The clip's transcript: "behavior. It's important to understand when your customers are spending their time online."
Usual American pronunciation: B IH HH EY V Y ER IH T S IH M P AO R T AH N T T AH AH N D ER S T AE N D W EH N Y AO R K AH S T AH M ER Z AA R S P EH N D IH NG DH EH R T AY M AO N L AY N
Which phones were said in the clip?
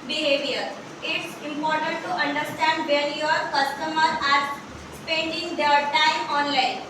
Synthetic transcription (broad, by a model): B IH HH EY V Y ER IH T S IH M P AO R T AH N T T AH AH N D ER S T AE N D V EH L Y AO R K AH S T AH M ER AA R S P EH N D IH NG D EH R T AY M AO N L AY N